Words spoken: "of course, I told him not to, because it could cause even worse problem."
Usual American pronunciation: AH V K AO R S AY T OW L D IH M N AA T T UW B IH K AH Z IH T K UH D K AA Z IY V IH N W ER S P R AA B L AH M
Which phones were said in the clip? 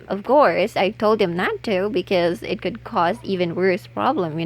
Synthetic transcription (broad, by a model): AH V K AO R S AY T OW L D IH M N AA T T UW B IH K AH Z IH T K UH D K AA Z IY V IH N W ER S P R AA B L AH M